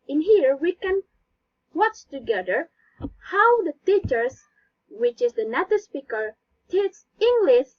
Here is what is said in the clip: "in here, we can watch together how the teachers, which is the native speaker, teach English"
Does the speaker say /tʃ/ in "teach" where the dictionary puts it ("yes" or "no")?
no